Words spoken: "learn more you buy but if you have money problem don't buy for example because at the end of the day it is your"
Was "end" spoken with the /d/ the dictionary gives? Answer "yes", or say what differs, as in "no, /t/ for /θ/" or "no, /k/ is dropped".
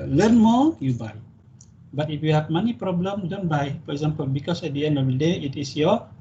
no, /d/ is dropped